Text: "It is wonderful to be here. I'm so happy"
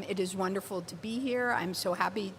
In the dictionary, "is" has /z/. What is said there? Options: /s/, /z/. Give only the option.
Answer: /z/